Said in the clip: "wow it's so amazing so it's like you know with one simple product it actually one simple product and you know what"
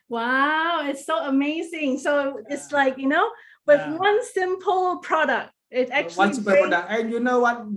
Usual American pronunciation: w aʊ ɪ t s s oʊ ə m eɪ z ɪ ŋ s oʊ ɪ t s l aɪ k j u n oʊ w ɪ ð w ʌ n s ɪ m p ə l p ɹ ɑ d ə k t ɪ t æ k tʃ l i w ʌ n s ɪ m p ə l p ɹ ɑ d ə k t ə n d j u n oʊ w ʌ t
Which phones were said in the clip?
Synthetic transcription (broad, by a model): w aʊ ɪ t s s oʊ ə m eɪ z ɪ ŋ s oʊ ɪ t s l aɪ k j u n oʊ w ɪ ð w ʌ n s ɪ m p ə l p ɹ ɑ d ə k t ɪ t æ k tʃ i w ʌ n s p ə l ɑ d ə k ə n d j u n oʊ w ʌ t